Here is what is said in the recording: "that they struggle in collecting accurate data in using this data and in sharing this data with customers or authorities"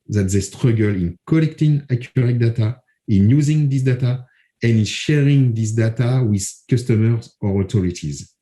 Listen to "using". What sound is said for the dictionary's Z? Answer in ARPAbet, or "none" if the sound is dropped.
Z